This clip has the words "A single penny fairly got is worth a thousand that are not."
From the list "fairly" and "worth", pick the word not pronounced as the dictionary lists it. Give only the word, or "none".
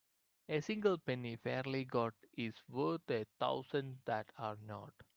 worth